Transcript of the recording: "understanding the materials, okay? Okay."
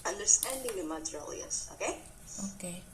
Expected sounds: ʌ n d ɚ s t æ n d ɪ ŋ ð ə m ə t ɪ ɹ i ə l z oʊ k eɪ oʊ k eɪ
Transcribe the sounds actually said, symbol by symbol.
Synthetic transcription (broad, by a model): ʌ n d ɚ s t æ n d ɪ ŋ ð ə m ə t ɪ l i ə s oʊ k eɪ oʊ k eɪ